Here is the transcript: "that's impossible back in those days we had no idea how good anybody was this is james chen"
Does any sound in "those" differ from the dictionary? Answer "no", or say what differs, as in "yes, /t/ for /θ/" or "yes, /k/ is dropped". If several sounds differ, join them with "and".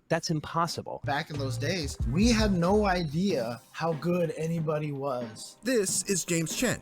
no